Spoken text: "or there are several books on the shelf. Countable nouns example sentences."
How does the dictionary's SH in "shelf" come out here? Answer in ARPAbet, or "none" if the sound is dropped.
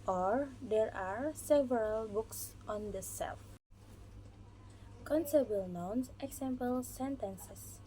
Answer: S